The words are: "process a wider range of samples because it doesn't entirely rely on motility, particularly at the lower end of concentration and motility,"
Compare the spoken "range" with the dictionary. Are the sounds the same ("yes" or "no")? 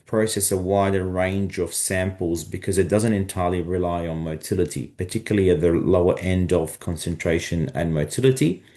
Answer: yes